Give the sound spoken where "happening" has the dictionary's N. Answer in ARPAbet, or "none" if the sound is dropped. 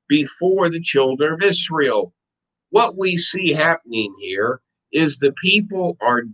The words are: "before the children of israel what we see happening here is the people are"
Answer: N